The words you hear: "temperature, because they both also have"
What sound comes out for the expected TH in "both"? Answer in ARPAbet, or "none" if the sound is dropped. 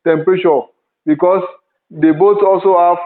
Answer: S